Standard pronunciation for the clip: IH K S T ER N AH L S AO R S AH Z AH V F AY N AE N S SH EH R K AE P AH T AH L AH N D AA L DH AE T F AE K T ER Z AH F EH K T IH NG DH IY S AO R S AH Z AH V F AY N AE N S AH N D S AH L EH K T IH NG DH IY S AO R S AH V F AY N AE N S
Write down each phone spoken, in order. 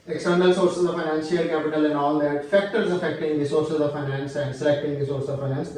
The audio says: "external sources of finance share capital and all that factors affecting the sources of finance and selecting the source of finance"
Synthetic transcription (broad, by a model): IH K S T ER N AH L S AO R S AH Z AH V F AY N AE N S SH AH L K AE P AH T AH L AH N D AA L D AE T F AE K T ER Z AH F EH K T IH NG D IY S AO R S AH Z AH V F AY N AE N S AH N D S AH L EH K T IH NG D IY S AO R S AH V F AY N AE N S